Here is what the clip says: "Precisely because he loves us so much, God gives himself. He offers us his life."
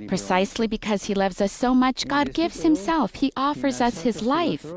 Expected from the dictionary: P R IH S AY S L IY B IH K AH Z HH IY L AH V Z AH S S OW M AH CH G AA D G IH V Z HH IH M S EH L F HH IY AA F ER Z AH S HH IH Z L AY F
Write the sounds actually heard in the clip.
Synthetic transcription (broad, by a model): P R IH S AY S L IY B IH K AH Z HH IY L AH V Z AH S S OW M AH CH G AA D G IH V Z HH IH M S EH L F HH IY AA F ER Z AH S HH IH Z L AY F